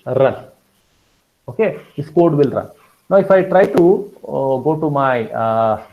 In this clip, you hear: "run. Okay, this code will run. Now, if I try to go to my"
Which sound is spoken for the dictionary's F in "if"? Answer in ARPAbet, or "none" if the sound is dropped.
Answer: F